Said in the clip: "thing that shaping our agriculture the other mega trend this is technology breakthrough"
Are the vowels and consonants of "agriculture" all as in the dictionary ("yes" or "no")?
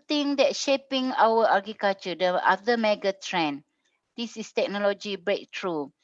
no